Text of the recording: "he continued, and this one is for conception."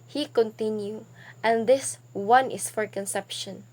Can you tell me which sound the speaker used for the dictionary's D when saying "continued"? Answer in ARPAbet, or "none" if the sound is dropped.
none